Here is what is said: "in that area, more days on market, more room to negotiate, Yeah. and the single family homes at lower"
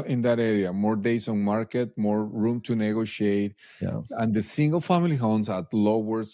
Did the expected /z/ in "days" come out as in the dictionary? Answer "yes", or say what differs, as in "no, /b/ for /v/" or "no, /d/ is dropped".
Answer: no, /s/ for /z/